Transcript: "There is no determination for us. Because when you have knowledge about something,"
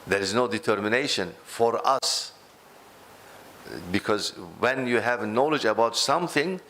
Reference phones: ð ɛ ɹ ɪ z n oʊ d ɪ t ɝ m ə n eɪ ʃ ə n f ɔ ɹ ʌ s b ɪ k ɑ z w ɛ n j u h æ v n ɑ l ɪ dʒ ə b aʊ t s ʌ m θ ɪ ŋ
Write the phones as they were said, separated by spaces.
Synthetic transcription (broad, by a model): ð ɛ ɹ ɪ z n oʊ d ɪ t ɝ m ə n eɪ ʃ ə n f ɔ ɹ ʌ s b ɪ k ɑ z w ɛ n j u h æ v n ɑ l ɪ dʒ ə b aʊ t s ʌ m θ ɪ ŋ